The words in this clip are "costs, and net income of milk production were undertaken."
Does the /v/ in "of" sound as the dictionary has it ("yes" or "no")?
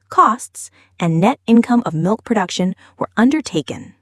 yes